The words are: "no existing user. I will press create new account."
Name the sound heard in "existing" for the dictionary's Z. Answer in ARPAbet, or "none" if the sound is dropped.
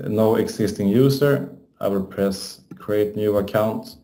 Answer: S